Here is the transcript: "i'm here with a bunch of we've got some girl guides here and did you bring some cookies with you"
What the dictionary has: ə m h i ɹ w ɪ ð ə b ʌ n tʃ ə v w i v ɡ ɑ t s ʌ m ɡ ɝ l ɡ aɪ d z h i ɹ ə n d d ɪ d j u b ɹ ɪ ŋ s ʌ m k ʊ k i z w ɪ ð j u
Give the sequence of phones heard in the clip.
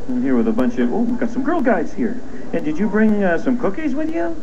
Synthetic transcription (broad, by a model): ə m h i ɹ w ɪ ð ə b ʌ n tʃ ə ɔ w i v ɡ ɑ t s ʌ m ɡ ɝ l ɡ aɪ d z h i ɹ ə n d d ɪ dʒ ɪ b ɹ ɪ ŋ s ʌ m k ʊ k i z w ɪ ð j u